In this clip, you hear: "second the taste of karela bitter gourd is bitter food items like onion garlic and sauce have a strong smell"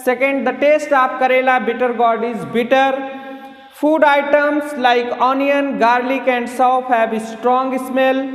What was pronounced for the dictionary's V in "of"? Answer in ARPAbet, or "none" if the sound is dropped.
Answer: P